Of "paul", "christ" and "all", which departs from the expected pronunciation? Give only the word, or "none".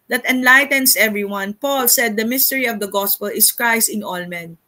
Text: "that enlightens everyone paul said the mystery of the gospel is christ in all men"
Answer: none